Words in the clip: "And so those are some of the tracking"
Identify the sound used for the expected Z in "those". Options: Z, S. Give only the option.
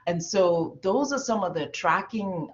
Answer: Z